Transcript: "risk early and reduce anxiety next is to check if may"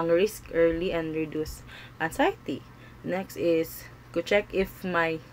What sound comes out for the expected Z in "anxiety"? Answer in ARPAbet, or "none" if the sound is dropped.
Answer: S